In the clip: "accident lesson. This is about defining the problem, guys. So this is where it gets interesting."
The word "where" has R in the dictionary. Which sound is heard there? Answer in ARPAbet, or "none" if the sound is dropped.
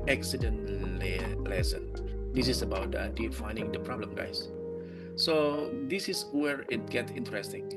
R